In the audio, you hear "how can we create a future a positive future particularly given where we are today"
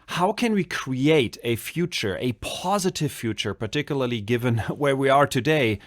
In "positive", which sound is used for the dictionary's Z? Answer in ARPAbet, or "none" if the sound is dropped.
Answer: Z